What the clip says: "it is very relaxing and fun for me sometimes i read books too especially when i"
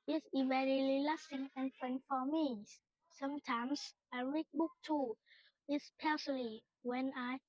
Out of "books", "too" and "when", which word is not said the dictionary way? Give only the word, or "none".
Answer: books